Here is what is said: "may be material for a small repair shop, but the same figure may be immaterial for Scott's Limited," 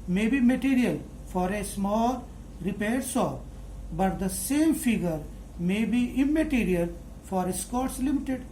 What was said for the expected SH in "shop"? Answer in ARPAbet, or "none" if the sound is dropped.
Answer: S